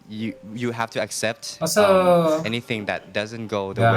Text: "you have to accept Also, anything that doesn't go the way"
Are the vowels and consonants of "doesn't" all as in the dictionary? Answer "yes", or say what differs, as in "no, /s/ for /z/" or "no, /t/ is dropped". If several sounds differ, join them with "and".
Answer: yes